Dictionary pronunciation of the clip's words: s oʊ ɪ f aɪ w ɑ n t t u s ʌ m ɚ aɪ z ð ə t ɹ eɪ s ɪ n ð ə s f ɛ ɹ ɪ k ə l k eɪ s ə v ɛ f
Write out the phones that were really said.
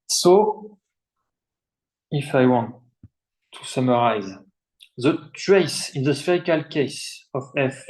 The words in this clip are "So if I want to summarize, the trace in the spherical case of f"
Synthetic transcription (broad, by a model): s oʊ ɪ f aɪ w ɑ n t t u s ʌ m ɚ aɪ z ð ə t ɹ eɪ s ɪ n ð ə s f ɛ ɹ ɪ k ə l k eɪ s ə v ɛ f